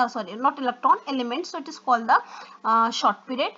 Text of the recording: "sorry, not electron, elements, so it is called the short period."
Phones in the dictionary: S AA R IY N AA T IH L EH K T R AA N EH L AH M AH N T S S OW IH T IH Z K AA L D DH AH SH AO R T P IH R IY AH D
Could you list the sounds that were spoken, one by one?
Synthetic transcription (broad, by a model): S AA R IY N AA T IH L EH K T AA N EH L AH M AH N T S S OW IH T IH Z K AA L D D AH SH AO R T P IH R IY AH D